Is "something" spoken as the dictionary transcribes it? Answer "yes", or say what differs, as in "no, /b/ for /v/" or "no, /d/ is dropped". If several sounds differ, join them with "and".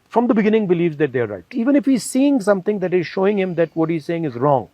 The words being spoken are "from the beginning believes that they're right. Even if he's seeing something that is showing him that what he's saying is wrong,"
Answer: no, /t/ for /θ/